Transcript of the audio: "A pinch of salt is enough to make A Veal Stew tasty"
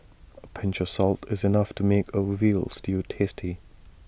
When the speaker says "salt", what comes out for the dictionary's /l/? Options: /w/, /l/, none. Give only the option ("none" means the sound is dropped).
/l/